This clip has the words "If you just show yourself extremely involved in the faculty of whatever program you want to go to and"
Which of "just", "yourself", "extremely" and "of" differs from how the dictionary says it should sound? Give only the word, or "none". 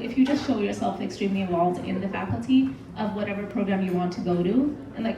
none